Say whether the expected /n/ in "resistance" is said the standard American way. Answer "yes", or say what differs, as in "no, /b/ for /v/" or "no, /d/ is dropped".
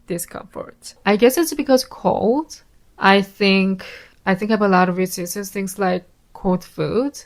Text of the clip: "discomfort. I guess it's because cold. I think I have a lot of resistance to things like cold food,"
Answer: no, /n/ is dropped